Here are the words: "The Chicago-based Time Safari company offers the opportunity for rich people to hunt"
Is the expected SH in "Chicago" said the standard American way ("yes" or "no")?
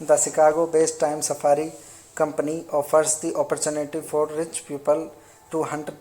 no